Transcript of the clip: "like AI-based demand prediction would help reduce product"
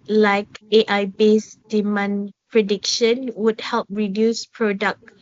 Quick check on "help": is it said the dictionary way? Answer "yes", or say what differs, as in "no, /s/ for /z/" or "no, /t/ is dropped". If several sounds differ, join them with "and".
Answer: yes